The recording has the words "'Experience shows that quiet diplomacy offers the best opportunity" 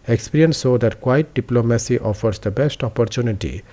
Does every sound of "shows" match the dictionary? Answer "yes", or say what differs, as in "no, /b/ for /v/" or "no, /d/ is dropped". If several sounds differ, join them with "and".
no, /s/ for /ʃ/